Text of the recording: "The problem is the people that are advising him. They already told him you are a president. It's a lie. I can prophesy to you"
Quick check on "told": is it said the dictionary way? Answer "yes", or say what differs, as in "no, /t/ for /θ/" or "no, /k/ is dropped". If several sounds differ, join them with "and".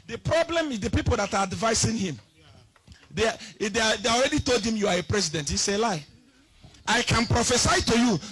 yes